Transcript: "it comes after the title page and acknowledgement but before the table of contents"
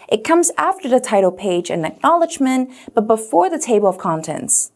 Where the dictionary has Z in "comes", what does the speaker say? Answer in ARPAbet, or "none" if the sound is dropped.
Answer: Z